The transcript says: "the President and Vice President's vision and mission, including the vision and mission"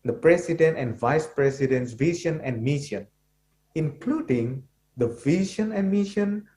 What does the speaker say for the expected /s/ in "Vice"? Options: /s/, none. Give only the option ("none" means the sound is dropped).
/s/